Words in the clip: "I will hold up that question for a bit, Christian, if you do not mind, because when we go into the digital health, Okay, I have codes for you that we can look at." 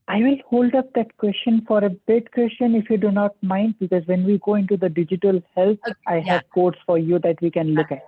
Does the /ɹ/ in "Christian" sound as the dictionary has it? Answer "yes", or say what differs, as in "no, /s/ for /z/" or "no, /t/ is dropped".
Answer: no, /w/ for /ɹ/